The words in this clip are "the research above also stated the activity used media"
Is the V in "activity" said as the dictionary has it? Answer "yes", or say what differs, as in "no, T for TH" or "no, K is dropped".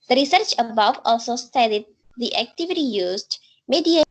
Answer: yes